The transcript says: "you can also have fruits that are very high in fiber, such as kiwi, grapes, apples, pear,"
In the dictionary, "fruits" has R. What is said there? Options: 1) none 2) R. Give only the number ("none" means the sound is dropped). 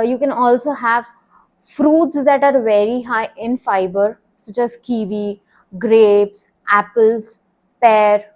2